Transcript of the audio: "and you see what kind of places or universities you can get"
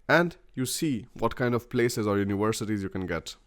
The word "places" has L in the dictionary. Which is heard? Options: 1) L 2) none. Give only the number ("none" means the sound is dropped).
1